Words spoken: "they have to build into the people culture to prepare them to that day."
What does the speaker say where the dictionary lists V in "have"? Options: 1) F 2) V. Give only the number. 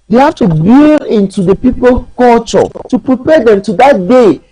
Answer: 1